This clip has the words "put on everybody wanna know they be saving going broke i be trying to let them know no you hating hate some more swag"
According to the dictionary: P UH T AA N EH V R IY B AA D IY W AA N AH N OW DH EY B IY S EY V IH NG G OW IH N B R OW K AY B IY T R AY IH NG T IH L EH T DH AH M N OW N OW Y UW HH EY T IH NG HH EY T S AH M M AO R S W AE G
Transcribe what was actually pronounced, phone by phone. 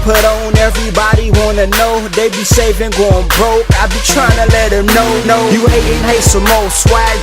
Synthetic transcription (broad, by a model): P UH T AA N EH V R IY B AA D IY W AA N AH N OW DH EY B IY S EY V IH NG G OW IH N B R OW K AY B IY T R AY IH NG T IH L EH T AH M N OW N OW Y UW HH EY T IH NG HH EY T S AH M M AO L S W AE